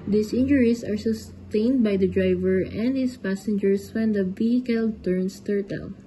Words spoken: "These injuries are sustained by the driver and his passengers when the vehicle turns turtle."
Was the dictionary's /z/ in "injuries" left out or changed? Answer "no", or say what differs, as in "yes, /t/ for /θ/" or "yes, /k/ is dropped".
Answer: yes, /s/ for /z/